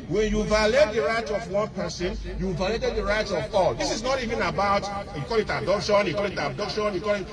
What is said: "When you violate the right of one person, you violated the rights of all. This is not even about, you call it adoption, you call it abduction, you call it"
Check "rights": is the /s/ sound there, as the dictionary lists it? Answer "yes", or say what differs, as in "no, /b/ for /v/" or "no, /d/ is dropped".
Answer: no, /s/ is dropped